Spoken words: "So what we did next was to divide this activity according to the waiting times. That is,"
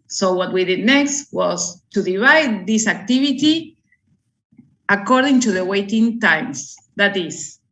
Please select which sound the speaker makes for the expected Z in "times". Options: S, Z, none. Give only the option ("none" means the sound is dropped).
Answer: S